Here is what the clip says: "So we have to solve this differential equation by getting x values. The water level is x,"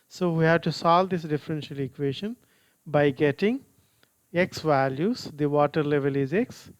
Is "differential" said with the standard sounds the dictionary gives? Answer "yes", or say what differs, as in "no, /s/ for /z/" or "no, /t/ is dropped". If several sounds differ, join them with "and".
yes